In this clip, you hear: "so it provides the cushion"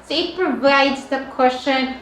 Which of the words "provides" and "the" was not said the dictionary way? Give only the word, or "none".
none